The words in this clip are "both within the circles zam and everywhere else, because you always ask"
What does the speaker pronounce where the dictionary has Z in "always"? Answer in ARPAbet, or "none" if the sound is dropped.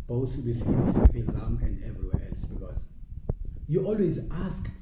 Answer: Z